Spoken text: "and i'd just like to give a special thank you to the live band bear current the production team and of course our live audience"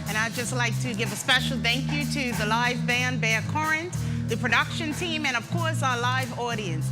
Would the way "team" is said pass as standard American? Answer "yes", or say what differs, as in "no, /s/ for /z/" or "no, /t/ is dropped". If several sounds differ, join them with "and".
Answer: yes